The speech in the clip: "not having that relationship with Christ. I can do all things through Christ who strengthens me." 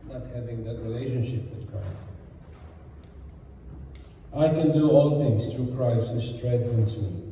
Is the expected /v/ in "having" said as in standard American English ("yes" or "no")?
yes